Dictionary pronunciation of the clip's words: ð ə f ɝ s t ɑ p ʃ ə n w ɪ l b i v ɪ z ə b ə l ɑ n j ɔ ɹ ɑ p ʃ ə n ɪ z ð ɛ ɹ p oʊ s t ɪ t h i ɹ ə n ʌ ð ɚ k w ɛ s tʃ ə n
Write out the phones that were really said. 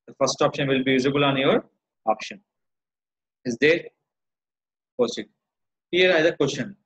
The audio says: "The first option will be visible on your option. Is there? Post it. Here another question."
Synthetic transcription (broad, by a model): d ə f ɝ s t ɑ p ʃ ə n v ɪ l b i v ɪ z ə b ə l ɑ n j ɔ ɹ ɑ p ʃ ə n ɪ z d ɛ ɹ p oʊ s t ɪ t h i ɹ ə ɪ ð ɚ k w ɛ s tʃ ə n